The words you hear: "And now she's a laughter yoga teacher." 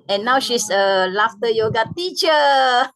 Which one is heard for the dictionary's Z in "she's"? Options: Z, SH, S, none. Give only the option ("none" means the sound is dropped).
S